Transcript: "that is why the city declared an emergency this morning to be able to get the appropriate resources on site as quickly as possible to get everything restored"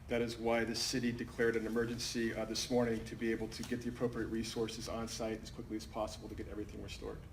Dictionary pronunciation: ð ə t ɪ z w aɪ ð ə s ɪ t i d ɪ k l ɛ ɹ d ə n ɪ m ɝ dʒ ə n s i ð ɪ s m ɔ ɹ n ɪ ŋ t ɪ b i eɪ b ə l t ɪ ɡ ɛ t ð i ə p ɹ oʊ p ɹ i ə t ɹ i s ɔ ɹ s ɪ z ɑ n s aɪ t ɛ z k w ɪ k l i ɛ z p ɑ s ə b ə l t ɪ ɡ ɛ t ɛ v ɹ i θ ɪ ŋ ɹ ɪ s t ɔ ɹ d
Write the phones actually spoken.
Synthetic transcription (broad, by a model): ð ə t ɪ z w aɪ ð ə s ɪ t i d ɪ k l ɛ ɹ d ə n ɪ m ɝ dʒ ə n s i ð ɪ s m ɔ ɹ n ɪ ŋ t ɪ b i eɪ b l t ɪ ɡ ɛ t ð i ə p ɹ oʊ p ɹ i ə t ɹ i s ɔ ɹ s ɪ z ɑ n s aɪ t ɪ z k w ɪ k l i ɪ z p ɑ s ə b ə l t ɪ ɡ ɛ t ɛ v ɹ i θ ɪ ŋ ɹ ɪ s t ɔ ɹ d